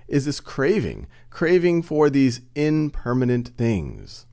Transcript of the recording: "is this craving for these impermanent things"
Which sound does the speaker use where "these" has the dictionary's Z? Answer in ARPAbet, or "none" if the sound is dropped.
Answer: Z